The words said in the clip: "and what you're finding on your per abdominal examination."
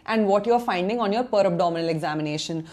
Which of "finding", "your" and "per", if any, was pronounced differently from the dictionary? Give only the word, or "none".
none